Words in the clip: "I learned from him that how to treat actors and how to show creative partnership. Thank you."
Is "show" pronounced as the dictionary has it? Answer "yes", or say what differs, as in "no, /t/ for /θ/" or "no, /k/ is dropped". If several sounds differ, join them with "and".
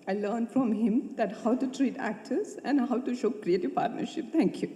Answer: yes